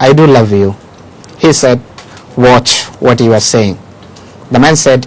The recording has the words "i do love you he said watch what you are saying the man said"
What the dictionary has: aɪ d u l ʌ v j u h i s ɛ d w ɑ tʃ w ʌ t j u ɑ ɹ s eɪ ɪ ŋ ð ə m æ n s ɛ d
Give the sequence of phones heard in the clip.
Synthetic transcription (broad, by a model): aɪ d u l ʌ v j u h i s ɛ d w ɑ tʃ w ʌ t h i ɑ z s eɪ ɪ ŋ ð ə m æ n s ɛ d